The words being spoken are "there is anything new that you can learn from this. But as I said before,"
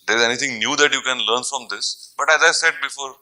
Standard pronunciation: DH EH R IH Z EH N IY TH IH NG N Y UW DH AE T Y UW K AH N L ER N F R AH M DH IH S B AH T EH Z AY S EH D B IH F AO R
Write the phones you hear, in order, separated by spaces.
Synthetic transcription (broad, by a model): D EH R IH Z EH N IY T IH NG N Y UW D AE T Y UW K AH N L ER N F R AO M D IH S B AH T EH Z AY S EH D B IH F AO R